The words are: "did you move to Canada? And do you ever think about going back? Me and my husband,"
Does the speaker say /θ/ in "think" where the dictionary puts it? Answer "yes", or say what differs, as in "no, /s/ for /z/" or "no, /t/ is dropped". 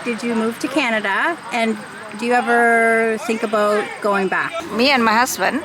yes